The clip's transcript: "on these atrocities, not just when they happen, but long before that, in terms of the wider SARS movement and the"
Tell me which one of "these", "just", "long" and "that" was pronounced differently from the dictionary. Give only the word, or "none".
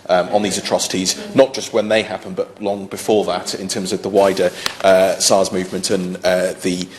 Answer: none